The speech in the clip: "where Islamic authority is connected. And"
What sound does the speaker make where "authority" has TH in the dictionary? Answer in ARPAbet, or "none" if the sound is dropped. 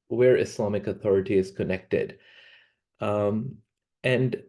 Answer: TH